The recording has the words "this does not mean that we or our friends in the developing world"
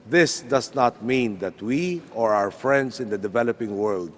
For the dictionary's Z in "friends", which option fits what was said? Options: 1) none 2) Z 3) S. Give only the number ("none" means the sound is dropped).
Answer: 3